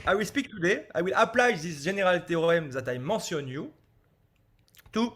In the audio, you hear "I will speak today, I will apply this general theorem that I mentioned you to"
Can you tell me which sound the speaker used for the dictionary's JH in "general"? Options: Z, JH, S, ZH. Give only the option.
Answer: ZH